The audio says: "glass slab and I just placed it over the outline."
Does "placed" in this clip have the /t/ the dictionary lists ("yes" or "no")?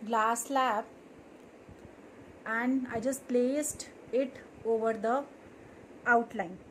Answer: yes